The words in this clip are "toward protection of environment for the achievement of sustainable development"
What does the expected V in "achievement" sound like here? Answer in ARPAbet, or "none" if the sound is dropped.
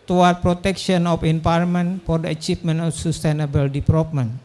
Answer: P